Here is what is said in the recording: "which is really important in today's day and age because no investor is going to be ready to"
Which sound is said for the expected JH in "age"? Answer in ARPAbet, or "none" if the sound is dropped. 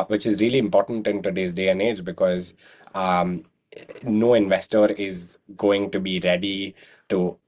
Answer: JH